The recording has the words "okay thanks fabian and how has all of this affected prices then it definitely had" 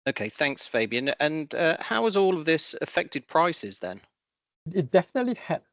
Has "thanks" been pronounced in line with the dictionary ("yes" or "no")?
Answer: yes